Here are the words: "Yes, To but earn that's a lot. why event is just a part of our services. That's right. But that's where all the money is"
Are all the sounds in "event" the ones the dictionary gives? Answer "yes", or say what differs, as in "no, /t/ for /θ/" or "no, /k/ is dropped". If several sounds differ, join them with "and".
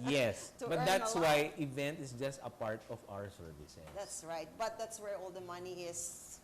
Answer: yes